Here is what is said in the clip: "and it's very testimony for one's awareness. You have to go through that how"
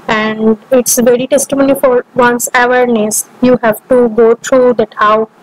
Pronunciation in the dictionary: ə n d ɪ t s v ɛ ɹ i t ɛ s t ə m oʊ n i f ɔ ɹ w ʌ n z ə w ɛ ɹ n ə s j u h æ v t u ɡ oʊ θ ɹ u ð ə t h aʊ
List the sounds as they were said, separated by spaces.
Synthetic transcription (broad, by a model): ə n d ɪ t s v ɛ ɹ i t ɛ s t ə m oʊ n i f ɔ ɹ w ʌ n s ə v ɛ ɹ n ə s j u h æ v t u ɡ oʊ t ɹ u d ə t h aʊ